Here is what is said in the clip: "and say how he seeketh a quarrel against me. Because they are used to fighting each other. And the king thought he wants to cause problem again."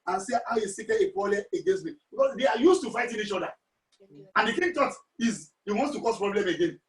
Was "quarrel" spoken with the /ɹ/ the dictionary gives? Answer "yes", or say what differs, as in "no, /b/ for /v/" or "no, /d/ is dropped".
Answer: no, /l/ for /ɹ/